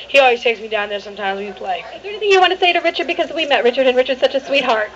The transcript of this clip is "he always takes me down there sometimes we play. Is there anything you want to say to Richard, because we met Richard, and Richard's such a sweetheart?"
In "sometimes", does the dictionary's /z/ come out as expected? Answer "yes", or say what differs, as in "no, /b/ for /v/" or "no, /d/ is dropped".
yes